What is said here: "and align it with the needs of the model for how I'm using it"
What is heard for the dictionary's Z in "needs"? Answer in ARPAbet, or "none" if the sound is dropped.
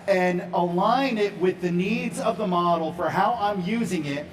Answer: Z